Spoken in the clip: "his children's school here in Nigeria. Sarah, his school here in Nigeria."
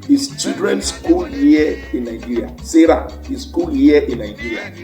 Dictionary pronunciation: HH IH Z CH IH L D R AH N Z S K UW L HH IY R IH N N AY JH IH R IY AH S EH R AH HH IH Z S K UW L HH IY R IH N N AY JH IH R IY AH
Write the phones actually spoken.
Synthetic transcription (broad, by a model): HH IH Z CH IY D R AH N S K UW L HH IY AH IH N N AY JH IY R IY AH S EH R AH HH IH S S K UW L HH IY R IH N N AY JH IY R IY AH